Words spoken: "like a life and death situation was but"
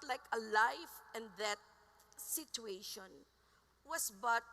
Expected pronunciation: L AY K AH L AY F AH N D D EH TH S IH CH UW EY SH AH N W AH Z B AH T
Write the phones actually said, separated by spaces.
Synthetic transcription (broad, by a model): L AY K AH L AY F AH N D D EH T S IH CH UW EY SH AH N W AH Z B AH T